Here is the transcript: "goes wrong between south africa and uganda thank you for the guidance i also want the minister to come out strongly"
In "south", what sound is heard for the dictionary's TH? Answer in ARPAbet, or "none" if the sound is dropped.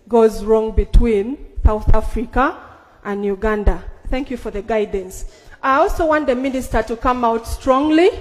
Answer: TH